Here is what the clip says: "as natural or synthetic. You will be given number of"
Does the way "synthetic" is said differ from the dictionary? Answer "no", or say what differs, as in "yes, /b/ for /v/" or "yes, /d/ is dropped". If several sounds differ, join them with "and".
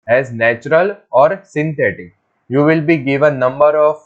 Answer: yes, /t/ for /θ/